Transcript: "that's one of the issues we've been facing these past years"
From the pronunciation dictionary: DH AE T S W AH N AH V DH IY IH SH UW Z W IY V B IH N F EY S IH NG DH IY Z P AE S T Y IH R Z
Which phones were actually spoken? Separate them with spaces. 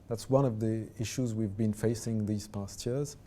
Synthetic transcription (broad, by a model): DH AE T S W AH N AH V DH IY IH SH UW Z W IY V B IH N F EY S IH NG DH IY Z P AE S T Y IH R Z